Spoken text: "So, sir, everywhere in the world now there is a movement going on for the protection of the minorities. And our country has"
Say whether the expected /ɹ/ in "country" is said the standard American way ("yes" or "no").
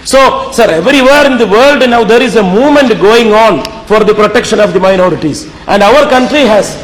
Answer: yes